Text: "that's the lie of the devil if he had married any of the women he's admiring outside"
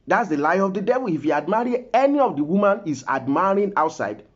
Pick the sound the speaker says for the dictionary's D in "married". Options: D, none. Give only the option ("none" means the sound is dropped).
none